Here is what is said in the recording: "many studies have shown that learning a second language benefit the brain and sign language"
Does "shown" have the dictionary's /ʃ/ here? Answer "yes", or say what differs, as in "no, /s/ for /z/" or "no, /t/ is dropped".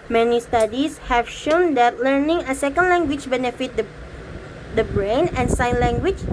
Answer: yes